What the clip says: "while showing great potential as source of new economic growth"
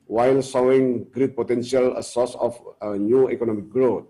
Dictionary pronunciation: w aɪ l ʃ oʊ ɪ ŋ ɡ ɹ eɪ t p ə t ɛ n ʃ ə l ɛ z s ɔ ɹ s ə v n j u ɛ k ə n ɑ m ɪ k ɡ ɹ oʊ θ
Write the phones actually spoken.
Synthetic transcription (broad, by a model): w aɪ l s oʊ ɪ ŋ ɡ ɹ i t p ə t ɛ n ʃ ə l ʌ s ɔ s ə f n j u ɛ k ə n ɑ m ɪ k ɡ ɹ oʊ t